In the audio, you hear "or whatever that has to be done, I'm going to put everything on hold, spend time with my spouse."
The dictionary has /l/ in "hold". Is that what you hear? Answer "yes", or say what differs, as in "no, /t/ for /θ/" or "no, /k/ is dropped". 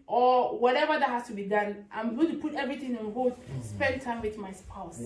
no, /l/ is dropped